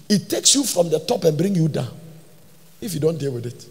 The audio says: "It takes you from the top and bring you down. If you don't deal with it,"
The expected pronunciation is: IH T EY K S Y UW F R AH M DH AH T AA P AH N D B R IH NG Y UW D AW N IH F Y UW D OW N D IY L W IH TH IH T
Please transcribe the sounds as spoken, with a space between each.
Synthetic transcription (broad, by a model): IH T EY K S Y UW F R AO M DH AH T AA P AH N B R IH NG Y UW D AW N IH F Y UW D OW N D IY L W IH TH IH T